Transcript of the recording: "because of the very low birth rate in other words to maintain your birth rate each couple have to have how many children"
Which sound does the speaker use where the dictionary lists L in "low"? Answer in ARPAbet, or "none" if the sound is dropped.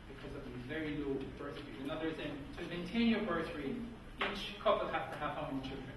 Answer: L